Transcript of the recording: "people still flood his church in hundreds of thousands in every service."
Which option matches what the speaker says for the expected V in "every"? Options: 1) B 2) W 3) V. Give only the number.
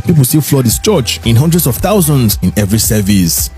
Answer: 3